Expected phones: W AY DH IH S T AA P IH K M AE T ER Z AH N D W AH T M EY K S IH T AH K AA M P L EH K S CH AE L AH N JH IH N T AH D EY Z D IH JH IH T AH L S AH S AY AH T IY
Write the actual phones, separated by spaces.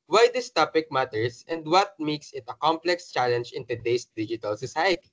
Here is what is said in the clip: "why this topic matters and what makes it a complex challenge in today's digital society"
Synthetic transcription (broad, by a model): W AY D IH S T AA P IH K M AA T ER S AH N D W AH T M EY K S IH T AH K AA M P L EH K S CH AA L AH N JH IH N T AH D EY S D IH JH IH T AH L S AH S AY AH T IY